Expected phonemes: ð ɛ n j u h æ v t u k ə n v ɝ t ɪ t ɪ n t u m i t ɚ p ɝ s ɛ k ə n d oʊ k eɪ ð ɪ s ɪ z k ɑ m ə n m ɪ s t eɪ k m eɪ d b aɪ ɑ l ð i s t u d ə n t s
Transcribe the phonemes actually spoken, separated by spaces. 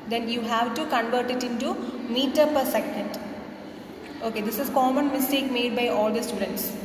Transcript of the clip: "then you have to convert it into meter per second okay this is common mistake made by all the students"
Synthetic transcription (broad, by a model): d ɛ n j u h æ v t u k ə n v ɝ t ɪ t ɪ n t u m i t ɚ p ɝ s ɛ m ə n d oʊ k eɪ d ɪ s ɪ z k ɑ m ə n m ɪ s t eɪ k m eɪ d b aɪ ɑ l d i s t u d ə n t s